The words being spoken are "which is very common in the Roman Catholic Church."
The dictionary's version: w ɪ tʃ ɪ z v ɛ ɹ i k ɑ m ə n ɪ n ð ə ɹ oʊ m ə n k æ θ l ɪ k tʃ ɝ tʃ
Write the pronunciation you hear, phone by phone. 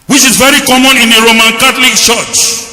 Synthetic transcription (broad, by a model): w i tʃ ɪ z v ɛ ɹ i k ɑ m ə n ɪ n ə ɹ oʊ m ə n k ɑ t l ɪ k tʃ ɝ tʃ